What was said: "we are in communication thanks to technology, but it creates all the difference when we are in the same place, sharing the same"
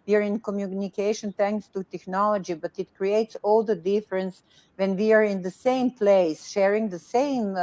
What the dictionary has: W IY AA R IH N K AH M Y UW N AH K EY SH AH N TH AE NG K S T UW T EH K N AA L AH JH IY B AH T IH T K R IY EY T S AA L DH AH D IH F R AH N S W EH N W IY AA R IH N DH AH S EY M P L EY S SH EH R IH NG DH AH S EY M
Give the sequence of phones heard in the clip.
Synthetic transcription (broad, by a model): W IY AA R IH N K AH M Y UW N AH K EY SH AH N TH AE NG K S T UW T EH K N AA L AH JH IY B AH T IH T K R IY EY T S AA L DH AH D IH F R AH N S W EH N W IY AA R IH N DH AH S EY M P L EY S SH EH R IH NG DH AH S EY M